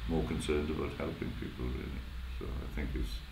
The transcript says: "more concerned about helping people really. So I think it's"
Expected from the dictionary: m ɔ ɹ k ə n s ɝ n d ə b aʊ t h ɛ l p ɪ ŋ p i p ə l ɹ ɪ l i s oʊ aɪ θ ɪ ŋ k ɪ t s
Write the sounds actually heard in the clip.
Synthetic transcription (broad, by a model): m ɔ ɹ k ə n s ɝ n d ə b aʊ t h ɛ l p ɪ ŋ p i p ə l ɹ ɪ l i s oʊ aɪ θ ɪ ŋ k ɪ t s